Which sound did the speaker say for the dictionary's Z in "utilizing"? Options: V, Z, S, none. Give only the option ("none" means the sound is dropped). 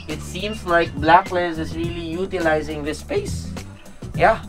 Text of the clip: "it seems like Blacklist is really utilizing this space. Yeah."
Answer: Z